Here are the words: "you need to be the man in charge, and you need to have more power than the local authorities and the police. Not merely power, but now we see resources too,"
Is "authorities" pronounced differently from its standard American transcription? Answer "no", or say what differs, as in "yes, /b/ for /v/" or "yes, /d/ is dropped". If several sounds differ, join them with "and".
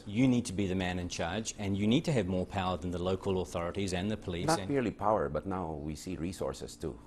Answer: no